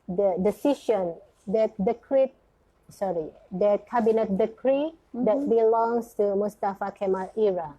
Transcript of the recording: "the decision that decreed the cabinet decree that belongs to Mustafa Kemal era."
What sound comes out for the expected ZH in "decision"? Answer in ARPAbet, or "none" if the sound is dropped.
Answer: SH